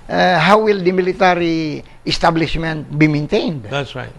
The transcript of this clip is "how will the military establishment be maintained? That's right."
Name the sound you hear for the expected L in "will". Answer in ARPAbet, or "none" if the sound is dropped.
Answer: L